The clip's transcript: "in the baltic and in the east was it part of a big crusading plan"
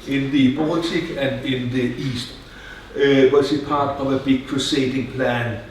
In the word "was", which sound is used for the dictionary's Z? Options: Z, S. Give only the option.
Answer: S